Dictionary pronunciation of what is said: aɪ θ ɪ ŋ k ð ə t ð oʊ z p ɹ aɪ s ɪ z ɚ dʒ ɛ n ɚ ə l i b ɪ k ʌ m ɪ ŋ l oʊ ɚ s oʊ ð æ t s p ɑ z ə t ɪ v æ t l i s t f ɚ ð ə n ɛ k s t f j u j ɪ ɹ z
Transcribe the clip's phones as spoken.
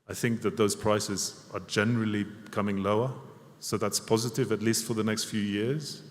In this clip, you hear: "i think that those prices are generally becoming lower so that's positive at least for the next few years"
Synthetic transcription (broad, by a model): aɪ θ ɪ ŋ k ð ə t ð oʊ z p ɹ aɪ s ɪ z ɚ dʒ ɛ n ɚ ə l i k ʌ m ɪ ŋ l oʊ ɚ s oʊ ð æ t s p ɑ z ə t ɪ v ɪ t l i s t f ɚ ð ə n ɛ k s t f j u j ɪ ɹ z